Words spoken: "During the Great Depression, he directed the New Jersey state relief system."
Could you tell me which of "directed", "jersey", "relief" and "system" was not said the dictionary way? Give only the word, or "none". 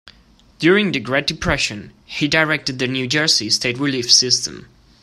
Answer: jersey